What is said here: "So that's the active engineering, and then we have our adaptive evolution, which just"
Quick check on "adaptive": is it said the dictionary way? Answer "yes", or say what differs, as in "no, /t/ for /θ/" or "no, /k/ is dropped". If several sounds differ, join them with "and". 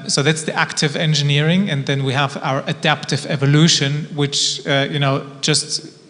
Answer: yes